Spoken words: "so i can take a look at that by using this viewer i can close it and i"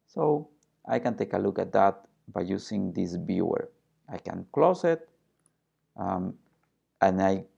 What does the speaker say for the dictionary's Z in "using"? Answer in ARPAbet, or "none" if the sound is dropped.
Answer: S